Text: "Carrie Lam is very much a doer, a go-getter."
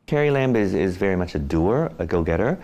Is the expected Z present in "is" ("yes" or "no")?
yes